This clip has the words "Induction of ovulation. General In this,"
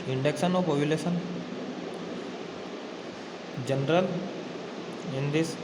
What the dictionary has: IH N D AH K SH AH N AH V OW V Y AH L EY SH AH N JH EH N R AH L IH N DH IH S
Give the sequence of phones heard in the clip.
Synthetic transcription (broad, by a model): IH N D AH K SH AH N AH P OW P Y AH L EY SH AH N JH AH N R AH L IH N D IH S